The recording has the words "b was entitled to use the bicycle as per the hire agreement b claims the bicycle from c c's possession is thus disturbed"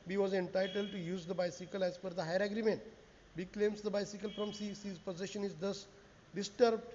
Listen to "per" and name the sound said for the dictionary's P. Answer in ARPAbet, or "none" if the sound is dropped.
F